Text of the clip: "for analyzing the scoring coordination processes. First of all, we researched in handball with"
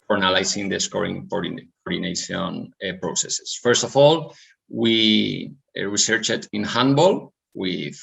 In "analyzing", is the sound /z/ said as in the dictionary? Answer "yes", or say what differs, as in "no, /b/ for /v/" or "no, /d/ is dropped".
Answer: no, /s/ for /z/